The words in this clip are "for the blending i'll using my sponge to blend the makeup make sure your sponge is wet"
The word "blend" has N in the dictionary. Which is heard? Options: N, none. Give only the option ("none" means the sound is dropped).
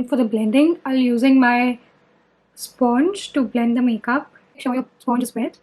N